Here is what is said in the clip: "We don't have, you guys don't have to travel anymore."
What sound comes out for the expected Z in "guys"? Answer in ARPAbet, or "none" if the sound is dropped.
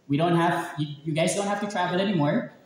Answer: Z